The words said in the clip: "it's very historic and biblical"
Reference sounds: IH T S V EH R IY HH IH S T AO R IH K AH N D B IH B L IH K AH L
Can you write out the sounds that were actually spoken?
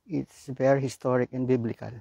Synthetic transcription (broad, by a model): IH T S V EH R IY HH IH S T AO R IH K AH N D B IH B L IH K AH L